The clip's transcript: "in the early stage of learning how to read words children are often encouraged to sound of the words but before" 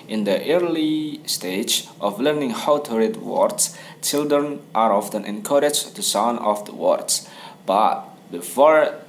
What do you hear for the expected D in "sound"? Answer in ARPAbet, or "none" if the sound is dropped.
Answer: none